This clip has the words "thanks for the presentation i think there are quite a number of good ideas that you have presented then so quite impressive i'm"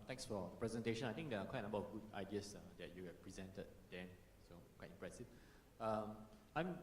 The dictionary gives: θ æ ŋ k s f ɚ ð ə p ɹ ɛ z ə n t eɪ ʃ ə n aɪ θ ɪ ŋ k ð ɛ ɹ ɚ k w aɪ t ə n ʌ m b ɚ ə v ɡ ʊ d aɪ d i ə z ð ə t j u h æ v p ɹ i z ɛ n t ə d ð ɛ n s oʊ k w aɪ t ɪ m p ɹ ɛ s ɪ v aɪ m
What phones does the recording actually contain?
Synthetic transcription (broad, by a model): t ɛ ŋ k s f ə p ɹ ɛ z ə n t eɪ ʃ ə n aɪ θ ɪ ŋ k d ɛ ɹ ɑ k w aɪ t ə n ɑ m b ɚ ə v ɡ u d aɪ d i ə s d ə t j u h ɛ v p ɹ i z ɛ n t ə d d ɛ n s oʊ k w aɪ t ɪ m p ɹ ɛ s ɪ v aɪ m